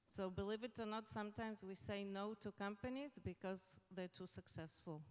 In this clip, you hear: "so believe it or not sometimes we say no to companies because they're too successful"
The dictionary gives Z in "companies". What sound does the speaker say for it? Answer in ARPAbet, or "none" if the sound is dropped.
Z